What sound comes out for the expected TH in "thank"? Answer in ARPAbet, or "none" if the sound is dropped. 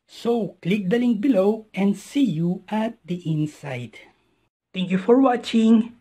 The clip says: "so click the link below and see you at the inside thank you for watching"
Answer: T